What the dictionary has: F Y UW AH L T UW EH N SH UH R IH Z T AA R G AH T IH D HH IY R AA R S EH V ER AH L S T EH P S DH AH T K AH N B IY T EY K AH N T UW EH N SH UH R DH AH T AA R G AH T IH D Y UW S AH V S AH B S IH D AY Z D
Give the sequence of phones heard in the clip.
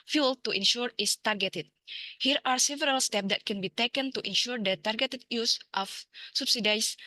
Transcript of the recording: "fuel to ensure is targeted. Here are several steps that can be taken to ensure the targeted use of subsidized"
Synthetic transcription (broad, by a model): F Y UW L T UW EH N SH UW R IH S T AA R G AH T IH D HH IY R AA R S EH V ER AH L S T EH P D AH T K AH N B IY T EY K AH N T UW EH N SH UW R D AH T AA R G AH T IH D Y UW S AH F S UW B S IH D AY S